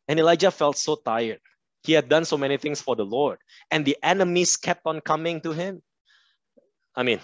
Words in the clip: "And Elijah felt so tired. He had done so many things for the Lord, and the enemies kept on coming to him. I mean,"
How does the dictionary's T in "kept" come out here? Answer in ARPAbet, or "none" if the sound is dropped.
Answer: T